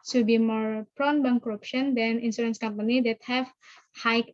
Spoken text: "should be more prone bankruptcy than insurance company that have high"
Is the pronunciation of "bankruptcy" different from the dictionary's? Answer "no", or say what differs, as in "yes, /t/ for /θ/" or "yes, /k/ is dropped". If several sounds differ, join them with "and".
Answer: yes, /ʃ/ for /s/